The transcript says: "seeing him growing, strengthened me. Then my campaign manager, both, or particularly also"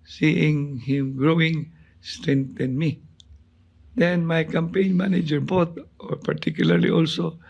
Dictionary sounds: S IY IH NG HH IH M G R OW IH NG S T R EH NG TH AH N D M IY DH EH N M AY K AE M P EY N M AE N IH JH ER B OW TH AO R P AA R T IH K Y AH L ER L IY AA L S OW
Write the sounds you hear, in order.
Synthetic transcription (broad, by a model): S IY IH NG HH IH M G R OW IH NG S T R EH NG T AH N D M IY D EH N M AY K AE M P EY N M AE N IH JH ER B OW T AO R P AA R T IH K Y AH L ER L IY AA L S OW